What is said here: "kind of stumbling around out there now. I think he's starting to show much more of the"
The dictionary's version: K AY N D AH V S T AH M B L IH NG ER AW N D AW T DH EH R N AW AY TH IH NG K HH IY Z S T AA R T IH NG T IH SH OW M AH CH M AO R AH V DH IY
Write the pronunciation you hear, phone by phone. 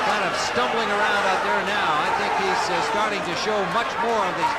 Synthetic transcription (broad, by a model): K AY N D AH V S T AH M B L IH NG ER AW N D AW T DH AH R N AW AY TH IH NG K HH IY Z S T AA R T IH NG T IH SH OW M AH CH M AO R AH V DH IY